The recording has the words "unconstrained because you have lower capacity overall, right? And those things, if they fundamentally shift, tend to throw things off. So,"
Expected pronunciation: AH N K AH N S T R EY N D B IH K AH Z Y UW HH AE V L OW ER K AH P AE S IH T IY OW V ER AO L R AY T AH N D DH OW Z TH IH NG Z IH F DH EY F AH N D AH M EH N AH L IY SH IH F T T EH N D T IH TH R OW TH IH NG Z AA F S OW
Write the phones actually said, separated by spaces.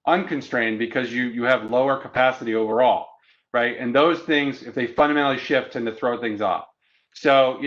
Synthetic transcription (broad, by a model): AH N K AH N S T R EY N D B IH K AH Z Y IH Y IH V L OW ER K AH P AE S IH T IY OW V ER AO L R AY T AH N DH OW Z TH IH NG Z IH F DH EY F AH N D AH M EH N L IY SH IH F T T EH N T IH TH R OW TH IH NG Z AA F S OW